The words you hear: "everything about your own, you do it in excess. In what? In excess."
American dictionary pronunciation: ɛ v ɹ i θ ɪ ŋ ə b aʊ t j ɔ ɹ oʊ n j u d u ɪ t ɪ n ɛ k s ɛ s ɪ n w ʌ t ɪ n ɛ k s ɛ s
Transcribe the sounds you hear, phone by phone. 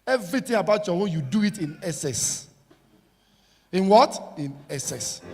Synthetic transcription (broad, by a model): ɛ v ɹ i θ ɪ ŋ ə b aʊ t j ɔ w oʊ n j u d u ɪ t ɪ n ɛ s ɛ s ɪ n w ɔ t ɪ n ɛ s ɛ s